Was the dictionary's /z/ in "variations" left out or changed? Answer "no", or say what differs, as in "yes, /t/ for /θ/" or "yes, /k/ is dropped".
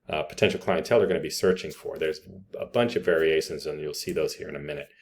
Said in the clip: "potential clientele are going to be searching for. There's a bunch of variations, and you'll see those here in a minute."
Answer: no